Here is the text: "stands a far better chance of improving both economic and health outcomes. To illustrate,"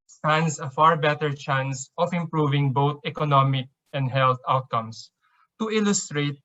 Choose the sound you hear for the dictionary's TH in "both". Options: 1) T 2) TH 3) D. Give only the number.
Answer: 1